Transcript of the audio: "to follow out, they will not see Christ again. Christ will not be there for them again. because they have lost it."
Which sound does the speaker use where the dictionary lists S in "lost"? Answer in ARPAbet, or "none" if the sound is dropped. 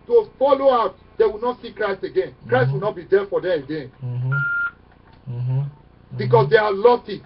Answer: none